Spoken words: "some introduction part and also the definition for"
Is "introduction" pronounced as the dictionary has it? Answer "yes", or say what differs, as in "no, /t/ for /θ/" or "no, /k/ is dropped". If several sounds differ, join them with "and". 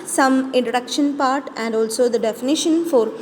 no, /ɹ/ is dropped